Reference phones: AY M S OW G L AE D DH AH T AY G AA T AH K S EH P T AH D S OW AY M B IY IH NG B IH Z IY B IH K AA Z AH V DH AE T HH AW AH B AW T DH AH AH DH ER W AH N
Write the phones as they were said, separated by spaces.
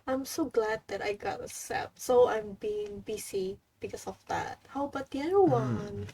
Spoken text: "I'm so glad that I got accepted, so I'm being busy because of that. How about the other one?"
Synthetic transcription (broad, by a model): AY M S OW G L AE D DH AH T AY G AA T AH S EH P S OW AY M B IY IH NG B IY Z IY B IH K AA S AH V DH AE T HH AW B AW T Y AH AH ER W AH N